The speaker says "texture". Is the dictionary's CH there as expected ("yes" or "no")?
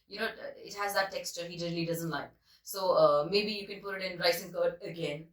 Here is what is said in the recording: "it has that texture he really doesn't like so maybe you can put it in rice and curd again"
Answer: yes